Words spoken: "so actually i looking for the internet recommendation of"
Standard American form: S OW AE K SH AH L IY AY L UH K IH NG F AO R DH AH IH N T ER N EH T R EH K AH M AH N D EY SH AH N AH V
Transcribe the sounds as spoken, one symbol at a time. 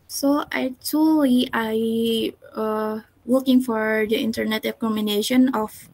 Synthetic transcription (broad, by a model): S OW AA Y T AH L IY AY W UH K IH NG F AO R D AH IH N T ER N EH T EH K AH M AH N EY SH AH N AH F